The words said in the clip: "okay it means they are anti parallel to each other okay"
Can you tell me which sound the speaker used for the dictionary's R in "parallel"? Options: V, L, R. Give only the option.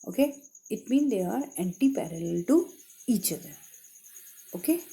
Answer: R